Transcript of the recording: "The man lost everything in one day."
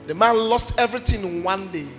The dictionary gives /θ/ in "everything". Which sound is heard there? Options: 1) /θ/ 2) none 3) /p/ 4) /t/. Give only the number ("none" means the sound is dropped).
4